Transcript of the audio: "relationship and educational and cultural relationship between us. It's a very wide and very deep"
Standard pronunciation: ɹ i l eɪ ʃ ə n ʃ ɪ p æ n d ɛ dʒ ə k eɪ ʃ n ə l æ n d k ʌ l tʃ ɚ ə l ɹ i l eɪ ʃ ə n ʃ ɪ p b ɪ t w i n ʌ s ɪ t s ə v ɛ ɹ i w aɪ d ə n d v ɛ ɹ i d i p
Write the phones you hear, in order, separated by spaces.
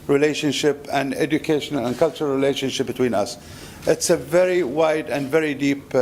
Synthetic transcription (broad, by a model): ɹ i l eɪ ʃ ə n ʃ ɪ p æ n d ɛ dʒ ə k eɪ ʃ n ə l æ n k ʌ l tʃ ɚ ə l ɹ i l eɪ ʃ ə n ʃ ɪ p b ɪ t w i n ʌ s ɪ t s ə v ɛ ɹ i w aɪ d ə n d v ɛ ɹ i d i p